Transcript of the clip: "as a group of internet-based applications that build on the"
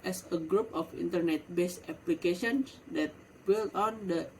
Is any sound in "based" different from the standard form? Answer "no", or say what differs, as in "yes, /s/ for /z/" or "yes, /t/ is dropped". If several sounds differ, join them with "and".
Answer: yes, /t/ is dropped